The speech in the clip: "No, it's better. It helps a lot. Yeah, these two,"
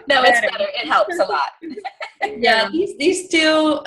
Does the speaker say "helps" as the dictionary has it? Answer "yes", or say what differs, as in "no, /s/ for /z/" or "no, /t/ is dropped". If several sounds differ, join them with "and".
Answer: yes